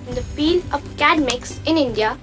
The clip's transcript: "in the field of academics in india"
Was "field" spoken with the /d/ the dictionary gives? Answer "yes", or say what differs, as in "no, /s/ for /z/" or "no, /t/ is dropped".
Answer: no, /d/ is dropped